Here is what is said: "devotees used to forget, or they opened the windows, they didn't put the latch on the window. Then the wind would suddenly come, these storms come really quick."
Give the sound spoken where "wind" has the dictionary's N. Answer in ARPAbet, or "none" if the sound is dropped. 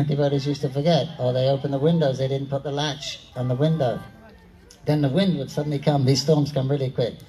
N